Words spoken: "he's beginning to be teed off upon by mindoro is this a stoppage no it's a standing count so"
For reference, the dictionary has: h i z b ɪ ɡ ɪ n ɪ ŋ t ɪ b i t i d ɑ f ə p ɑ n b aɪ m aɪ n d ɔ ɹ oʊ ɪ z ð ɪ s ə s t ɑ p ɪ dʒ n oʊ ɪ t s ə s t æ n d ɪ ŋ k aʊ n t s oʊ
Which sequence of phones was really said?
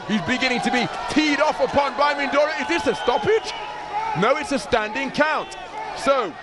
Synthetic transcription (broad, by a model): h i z b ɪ ɡ ɪ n ɪ ŋ t ɪ b i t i d ɑ f ə p ɑ n b aɪ m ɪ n d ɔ ɹ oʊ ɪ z ð ɪ s ə s t ɑ p ɪ dʒ n oʊ ɪ t s ə s t æ n d ɪ ŋ k aʊ n t s oʊ